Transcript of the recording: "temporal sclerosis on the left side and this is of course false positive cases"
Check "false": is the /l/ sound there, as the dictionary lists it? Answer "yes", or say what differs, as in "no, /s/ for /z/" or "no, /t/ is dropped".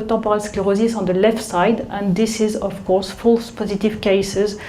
yes